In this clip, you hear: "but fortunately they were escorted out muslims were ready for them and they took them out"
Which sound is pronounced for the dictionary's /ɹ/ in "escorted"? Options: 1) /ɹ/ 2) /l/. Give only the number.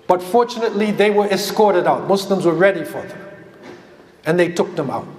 1